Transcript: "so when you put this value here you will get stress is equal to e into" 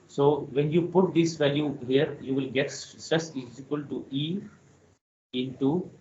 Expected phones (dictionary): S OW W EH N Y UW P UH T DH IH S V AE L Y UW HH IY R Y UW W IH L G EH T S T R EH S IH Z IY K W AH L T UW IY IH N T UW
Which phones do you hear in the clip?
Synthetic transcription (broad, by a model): S OW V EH N Y UW P UH T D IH S V AE L Y UW HH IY R Y UW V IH L G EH T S T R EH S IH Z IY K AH L T UW IY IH N T UW